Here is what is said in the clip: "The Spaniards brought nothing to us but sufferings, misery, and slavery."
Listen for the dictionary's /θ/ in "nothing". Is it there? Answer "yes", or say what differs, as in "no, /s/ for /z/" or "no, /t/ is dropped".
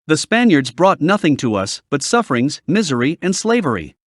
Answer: yes